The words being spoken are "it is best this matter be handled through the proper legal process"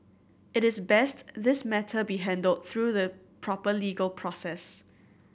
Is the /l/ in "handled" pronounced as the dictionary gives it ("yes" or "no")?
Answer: yes